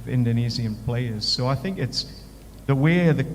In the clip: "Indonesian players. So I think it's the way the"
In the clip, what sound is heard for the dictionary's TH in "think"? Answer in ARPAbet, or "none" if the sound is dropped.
TH